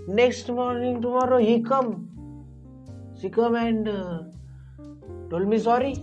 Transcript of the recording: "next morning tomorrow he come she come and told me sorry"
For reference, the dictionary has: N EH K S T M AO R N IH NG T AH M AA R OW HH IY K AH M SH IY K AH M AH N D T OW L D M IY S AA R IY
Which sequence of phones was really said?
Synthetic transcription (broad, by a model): N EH K S T M AO R N IH NG T AH M AA R OW HH IY K AH M S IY K AH M AH N D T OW L M IY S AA R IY